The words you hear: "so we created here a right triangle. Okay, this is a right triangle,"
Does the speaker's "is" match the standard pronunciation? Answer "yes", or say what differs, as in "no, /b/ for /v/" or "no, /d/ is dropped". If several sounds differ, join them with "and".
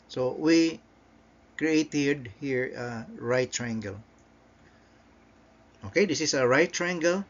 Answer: no, /s/ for /z/